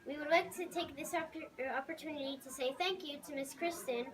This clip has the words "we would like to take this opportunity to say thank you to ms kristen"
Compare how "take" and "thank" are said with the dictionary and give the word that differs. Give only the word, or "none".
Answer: none